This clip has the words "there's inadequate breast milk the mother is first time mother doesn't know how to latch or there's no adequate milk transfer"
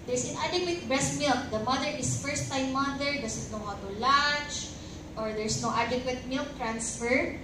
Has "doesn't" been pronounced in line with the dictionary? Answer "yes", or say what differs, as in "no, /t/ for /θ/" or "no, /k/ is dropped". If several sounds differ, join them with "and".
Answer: no, /s/ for /z/